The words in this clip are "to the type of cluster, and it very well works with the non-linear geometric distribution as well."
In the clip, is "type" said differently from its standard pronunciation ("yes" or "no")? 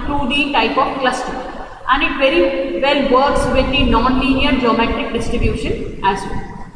no